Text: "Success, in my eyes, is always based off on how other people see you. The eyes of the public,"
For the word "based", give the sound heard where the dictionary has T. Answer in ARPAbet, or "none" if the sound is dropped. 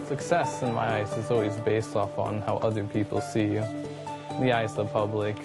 T